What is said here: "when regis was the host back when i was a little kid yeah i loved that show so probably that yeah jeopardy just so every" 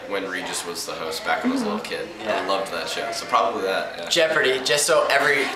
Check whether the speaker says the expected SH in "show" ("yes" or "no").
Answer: yes